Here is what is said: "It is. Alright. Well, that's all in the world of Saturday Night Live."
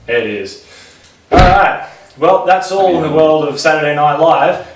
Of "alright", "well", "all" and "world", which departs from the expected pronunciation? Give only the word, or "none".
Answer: alright